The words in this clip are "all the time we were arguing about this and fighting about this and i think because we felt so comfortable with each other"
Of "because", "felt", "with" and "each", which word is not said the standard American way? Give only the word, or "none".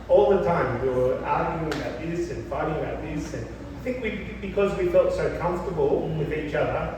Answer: none